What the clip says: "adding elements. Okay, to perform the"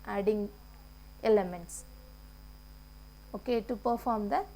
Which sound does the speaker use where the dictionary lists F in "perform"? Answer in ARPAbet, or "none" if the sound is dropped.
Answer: F